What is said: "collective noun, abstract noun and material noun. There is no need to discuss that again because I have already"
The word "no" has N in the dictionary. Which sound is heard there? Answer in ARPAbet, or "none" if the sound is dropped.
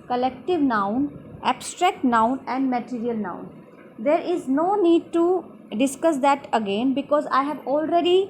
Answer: N